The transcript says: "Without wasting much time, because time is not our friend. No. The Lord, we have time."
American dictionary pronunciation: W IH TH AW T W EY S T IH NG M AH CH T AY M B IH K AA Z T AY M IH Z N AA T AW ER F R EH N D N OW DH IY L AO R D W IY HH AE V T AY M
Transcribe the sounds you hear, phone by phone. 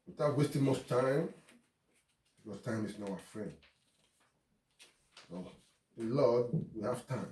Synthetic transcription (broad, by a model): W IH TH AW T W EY S T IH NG M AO S T AY M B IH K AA S T AY M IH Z N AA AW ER F R EH N D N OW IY L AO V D W IY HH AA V T AY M